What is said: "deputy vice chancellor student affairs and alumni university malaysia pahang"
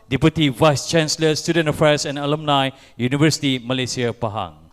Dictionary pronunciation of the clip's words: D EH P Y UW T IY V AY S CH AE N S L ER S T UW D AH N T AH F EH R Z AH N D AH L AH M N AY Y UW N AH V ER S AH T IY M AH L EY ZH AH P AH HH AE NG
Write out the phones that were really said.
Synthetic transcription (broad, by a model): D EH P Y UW T IY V AY S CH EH N S L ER S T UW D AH N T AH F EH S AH N AH L AH M N AY Y UW N AH V ER S AH T IY M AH L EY S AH P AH HH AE NG